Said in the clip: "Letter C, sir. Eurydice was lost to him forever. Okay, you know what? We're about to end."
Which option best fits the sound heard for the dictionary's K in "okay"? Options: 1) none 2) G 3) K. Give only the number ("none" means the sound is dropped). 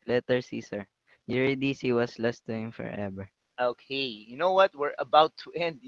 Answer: 3